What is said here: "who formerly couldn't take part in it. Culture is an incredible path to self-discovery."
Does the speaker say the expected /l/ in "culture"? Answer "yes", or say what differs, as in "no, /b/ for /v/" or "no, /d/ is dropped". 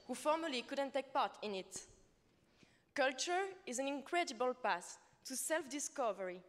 yes